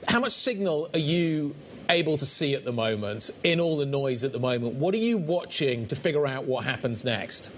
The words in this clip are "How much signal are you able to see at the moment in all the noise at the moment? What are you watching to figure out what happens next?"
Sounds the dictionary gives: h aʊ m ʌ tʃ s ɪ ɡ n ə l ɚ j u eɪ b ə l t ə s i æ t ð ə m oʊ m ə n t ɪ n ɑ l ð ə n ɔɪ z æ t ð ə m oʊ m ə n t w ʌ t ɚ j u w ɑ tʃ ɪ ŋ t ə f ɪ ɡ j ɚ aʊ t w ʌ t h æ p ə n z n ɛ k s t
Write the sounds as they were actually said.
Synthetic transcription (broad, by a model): h aʊ m ʌ tʃ s ɪ ɡ n ə l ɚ j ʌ eɪ b ə l t ə s i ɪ t ð ə m oʊ m ə n t ɪ n ɑ l ð ə n ɔɪ z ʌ t ð ə m oʊ m ə n t w ʌ t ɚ j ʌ w ɑ tʃ ɪ ŋ t ə f ɪ ɡ j ɚ aʊ t w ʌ t h æ p ə n z n ɛ k s t